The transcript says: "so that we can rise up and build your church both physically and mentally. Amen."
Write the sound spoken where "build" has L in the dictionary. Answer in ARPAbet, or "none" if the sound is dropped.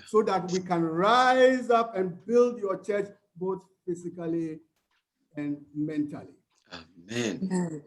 L